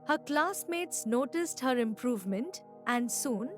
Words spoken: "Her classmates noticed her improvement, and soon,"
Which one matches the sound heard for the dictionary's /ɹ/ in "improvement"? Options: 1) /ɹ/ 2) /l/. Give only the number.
1